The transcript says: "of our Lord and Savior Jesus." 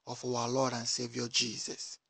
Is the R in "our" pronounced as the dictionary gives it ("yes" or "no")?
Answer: no